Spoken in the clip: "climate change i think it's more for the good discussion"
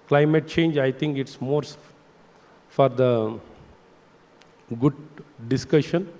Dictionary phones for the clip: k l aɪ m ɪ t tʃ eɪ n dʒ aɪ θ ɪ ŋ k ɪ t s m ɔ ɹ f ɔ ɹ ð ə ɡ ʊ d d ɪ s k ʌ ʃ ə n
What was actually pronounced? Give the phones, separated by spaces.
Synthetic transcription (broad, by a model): k l aɪ m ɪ t tʃ eɪ n dʒ aɪ t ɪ ŋ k ɪ t s m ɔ ɹ f ɔ ɹ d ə ɡ ʊ d d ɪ s k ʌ ʃ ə n